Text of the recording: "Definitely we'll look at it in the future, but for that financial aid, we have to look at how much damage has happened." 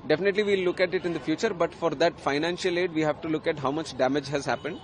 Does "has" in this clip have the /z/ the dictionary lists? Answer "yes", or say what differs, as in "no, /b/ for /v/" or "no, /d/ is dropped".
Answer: yes